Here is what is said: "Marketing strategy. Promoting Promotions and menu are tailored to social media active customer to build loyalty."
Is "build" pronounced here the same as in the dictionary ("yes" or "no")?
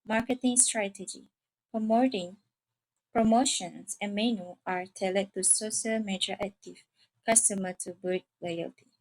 no